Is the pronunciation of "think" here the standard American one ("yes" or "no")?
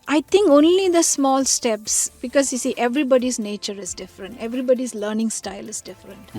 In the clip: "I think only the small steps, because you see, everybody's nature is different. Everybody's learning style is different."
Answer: no